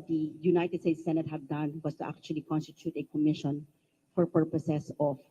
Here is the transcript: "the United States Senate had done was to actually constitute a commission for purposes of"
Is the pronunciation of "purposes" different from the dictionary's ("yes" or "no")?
yes